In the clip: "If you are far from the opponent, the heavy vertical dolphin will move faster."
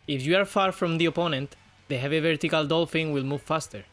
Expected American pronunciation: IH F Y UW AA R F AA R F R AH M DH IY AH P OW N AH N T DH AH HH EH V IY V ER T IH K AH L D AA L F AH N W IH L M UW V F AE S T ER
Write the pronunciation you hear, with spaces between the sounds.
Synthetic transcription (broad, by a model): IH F Y UW AA R F AA R F R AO M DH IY AH P OW N AH N T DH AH HH EH V IY V ER T IH K AH L D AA L F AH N W IH L M UW V F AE S T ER